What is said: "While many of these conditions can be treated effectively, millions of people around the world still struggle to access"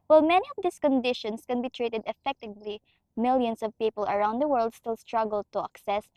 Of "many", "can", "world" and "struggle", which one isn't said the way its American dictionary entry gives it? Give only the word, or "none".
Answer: none